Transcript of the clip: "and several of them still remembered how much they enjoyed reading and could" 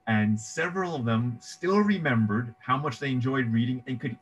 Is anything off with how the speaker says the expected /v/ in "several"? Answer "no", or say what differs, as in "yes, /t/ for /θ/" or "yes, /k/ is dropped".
no